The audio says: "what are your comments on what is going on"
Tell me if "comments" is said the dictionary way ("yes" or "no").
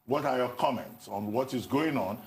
yes